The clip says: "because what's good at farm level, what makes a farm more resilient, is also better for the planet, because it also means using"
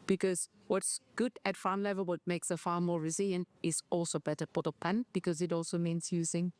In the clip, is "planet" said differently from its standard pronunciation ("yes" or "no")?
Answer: yes